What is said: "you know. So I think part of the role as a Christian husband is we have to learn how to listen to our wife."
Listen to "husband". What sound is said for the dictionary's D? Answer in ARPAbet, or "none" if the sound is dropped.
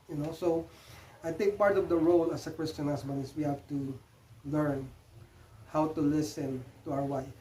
none